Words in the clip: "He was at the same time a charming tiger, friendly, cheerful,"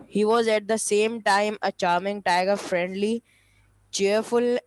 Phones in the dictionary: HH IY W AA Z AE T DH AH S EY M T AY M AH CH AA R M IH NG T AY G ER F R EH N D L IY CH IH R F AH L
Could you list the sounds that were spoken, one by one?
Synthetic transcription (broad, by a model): HH IY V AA Z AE T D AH S EY M T AY M AH CH AA R M IH NG T AY G ER F R EH N D L IY CH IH R F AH L